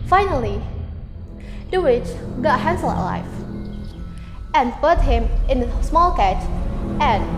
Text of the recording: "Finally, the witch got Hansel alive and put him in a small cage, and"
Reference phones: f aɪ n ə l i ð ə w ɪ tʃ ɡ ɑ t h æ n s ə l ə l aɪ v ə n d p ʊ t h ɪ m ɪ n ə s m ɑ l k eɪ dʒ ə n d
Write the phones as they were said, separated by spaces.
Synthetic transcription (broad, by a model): f aɪ n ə l i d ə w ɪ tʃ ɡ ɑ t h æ n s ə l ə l aɪ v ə n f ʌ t h ɪ m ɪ n ə s m ɑ l k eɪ tʃ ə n